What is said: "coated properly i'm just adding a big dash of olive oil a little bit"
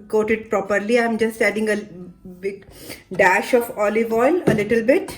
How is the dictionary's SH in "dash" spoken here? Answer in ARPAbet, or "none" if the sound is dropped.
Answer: SH